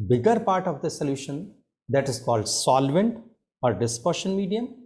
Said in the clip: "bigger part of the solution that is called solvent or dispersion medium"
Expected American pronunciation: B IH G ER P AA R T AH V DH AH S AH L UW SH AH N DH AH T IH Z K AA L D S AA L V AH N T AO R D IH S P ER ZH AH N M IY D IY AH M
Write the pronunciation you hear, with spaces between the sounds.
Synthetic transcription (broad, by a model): B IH G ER P AA R T AH V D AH S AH L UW SH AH N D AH T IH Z K AA L D S AA L V AH N T AO R D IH S P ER SH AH N M IY D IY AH M